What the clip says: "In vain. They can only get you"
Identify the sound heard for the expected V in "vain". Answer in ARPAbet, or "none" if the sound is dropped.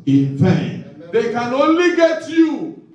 P